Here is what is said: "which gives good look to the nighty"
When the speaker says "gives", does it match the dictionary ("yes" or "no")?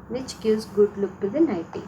no